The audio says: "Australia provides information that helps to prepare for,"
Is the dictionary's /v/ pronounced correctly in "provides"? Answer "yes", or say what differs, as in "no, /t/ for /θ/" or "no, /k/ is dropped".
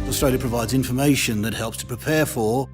yes